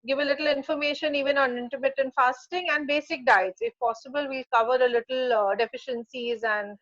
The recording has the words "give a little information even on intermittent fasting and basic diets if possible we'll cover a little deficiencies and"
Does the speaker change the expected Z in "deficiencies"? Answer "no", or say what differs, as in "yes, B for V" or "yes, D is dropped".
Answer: no